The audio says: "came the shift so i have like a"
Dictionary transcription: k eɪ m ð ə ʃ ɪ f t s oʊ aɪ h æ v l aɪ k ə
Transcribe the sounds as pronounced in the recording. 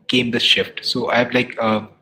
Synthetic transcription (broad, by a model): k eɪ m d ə ʃ ɪ f t s oʊ aɪ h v l aɪ k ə